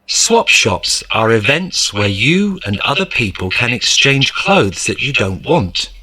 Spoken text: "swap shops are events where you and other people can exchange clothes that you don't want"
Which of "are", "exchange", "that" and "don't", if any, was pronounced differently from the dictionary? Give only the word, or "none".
exchange